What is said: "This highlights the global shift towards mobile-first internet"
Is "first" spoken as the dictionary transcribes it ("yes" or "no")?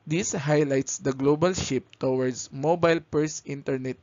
no